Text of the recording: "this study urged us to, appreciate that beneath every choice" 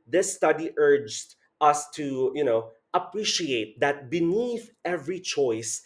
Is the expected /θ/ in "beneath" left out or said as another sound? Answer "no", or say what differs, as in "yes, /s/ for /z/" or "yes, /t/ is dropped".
no